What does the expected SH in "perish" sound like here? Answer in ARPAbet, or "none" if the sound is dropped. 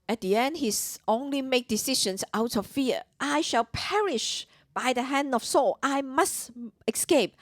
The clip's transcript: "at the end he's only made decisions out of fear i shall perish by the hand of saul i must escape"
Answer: SH